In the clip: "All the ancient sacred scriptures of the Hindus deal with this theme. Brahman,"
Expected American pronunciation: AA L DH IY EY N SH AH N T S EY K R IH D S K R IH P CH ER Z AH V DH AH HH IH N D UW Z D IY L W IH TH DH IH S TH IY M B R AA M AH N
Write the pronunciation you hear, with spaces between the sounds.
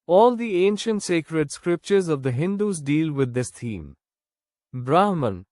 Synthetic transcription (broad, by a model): AA L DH IY EY N SH AH N T S EY K R IH D S K R IH P CH ER Z AH V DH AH HH IH N D UW Z D IY L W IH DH IH S T IY M B R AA M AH N